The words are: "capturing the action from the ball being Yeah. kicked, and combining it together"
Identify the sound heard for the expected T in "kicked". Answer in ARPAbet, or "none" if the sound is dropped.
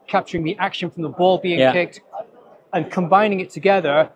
T